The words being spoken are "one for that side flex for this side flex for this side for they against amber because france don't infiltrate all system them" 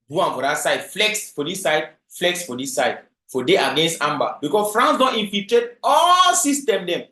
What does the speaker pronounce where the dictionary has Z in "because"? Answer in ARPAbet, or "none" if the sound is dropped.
S